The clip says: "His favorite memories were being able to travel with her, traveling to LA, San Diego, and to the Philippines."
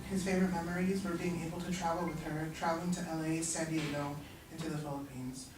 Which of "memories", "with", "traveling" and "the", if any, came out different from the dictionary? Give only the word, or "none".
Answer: none